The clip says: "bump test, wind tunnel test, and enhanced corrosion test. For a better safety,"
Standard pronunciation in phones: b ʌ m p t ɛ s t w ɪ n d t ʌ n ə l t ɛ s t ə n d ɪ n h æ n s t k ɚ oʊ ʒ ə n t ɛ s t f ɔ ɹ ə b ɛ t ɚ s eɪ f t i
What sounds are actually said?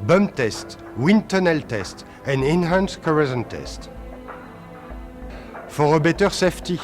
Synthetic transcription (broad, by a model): b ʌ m t ɛ s t w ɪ n t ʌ n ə l t ɛ s t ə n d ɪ n h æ n s k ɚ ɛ z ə n t ɛ s t f ɔ ɹ ə b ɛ t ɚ s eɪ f t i